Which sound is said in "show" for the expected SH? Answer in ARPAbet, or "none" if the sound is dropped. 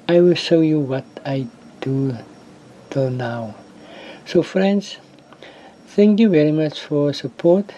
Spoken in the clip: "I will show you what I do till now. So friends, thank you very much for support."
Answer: SH